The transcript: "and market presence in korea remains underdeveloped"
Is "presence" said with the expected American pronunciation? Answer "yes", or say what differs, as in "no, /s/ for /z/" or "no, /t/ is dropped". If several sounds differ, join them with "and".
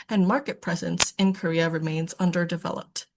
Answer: yes